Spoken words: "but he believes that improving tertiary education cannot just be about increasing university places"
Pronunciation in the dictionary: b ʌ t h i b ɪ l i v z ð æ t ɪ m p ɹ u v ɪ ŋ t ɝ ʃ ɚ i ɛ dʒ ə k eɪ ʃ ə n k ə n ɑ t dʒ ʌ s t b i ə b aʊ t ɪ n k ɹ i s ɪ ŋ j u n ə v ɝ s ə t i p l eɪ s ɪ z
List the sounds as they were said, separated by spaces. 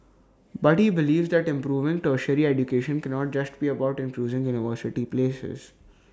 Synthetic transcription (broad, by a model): b ʌ t h i b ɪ l i v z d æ t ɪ m p ɹ u v ɪ ŋ t ɝ ʃ ɚ i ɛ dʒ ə k eɪ ʃ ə n k ə n ɑ t dʒ ʌ s t b i ə b aʊ t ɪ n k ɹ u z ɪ ŋ j u n ə v ɝ s ə t i p l eɪ s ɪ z